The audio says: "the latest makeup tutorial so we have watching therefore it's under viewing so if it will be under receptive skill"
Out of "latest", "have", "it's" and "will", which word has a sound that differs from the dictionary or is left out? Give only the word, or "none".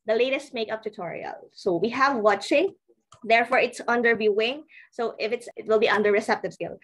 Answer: none